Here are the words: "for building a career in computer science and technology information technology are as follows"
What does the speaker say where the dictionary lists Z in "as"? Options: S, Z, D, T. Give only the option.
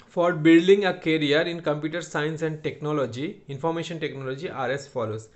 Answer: S